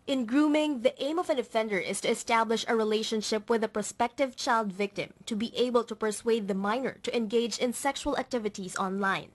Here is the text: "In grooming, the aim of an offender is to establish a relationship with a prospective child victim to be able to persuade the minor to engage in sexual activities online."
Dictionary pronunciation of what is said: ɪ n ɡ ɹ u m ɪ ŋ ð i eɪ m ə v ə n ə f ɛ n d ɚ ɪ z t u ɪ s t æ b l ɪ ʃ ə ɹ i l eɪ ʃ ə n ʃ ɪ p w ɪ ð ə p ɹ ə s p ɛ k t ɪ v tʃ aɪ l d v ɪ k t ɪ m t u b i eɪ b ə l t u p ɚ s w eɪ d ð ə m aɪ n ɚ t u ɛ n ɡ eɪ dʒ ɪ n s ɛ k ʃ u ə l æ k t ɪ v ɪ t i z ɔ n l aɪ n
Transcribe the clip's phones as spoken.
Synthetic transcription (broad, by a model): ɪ n ɡ ɹ u m ɪ ŋ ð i eɪ m ə v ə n ə f ɛ n d ɚ ɪ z t u ɪ s t æ b l ɪ ʃ ə ɹ i l eɪ ʃ ə n ʃ ɪ p w ɪ ð ə p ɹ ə s p ɛ k t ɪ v tʃ aɪ l d v ɪ k t ɪ m t u b i eɪ b ə l t u p ɚ s w eɪ d ð ə m aɪ n ɚ t u ɛ n ɡ eɪ dʒ ɪ n s ɛ k ʃ u ə l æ k t ɪ v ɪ t i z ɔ n l aɪ n